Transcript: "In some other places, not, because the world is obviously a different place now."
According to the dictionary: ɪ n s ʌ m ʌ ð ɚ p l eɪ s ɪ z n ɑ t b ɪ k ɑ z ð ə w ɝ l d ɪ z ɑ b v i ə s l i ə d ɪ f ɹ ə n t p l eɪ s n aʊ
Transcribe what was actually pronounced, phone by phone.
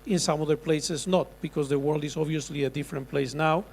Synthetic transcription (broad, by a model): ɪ n s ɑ m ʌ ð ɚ p l eɪ s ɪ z n ɑ t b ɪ k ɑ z ð ə w ɝ l d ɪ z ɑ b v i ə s l i ə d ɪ f ɹ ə n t p l eɪ s n aʊ